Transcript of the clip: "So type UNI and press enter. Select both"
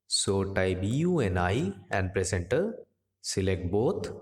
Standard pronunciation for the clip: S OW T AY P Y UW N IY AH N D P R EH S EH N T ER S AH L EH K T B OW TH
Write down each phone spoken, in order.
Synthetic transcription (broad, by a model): S OW T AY B Y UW N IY AH N D P R EH S EH N T ER S AH L EH K T B OW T